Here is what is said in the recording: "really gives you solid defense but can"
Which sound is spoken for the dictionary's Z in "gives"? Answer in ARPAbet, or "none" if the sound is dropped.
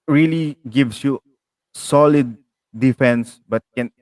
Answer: S